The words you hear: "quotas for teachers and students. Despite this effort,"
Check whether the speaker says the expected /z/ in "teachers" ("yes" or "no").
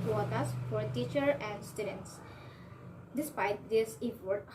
no